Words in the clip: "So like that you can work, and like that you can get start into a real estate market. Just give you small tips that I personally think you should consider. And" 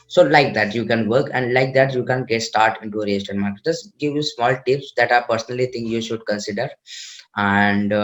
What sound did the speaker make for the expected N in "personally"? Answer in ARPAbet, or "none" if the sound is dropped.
N